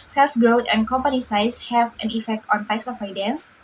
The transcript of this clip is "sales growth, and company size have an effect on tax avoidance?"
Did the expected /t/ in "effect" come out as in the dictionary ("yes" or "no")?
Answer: yes